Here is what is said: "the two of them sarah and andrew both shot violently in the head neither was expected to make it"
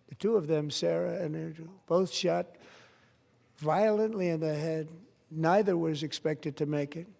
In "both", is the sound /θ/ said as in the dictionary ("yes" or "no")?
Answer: yes